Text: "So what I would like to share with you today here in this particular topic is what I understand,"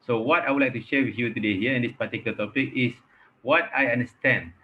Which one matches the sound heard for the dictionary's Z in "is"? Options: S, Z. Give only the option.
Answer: S